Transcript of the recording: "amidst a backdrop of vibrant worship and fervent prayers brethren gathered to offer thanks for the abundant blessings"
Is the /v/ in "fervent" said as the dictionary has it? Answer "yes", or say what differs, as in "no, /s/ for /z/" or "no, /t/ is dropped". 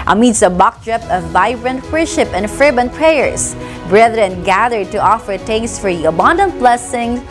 no, /b/ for /v/